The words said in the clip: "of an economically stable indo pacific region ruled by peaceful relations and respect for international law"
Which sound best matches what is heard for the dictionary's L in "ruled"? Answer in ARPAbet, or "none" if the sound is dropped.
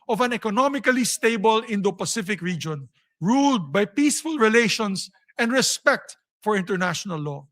L